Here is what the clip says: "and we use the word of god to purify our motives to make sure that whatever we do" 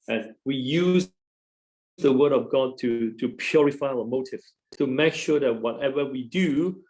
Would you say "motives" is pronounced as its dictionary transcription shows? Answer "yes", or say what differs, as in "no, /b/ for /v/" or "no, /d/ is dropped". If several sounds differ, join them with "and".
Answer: no, /s/ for /z/